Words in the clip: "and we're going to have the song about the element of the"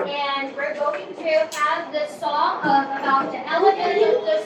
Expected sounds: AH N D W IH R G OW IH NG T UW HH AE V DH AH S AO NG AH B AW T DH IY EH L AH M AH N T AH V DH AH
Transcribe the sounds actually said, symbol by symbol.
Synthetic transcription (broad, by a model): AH N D W IH R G OW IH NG T UW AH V DH AH S AO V AH B AW T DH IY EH L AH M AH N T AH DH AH